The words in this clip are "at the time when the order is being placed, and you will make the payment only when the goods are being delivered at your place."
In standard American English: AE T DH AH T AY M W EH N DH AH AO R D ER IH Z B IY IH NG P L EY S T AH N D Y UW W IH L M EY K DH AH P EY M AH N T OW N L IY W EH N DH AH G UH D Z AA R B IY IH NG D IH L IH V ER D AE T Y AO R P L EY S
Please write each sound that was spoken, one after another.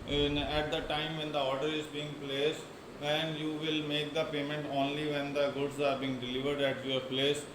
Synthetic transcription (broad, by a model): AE T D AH T AY M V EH N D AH AO R D ER IH Z B IY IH NG P L EY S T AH N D Y UW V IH L M EY K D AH P EY M AH N T OW N L IY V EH N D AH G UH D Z AA R B IY IH NG D IH L IH V ER D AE T Y AO R P L EY S